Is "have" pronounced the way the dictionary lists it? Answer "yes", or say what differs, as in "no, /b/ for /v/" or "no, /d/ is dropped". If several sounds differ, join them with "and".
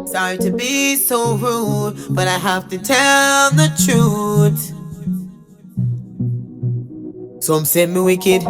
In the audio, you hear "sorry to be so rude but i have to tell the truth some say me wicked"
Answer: no, /f/ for /v/